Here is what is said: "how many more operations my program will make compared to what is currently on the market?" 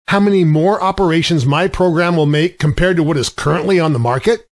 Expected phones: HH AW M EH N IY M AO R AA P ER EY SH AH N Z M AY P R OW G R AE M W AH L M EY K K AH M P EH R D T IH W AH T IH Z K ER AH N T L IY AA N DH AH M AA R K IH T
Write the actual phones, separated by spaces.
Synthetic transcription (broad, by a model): HH AW M EH N IY M AO R AA P ER EY SH AH N Z M AY P R OW G R AE M W AH L M EY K K AH M P EH R D T IH W AH T IH Z K ER AH N T L IY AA N DH AH M AA R K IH T